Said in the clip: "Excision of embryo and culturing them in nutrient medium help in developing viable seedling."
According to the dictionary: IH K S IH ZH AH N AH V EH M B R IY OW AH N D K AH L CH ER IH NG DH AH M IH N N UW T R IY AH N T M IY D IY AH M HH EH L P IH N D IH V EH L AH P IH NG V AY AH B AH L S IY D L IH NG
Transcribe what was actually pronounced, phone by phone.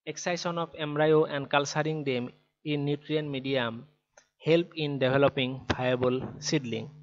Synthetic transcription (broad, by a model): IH K S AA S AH N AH P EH M R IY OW AH N D K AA L S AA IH NG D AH M IH N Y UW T R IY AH N M IY D IY AH M HH EH L P IH N D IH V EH L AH P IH NG B AY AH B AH L S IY D L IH NG